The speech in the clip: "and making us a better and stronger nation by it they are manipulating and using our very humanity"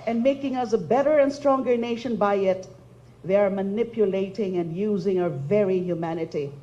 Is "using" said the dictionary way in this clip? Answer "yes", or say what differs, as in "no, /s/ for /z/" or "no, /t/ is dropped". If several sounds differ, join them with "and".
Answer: yes